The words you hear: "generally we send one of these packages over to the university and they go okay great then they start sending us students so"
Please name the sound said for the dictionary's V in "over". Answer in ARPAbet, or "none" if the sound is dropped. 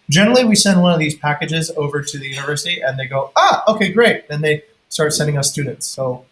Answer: V